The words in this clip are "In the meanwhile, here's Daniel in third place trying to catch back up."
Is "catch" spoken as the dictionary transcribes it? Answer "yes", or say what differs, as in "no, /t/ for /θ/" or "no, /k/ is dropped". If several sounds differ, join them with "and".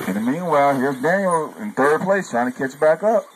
no, /s/ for /tʃ/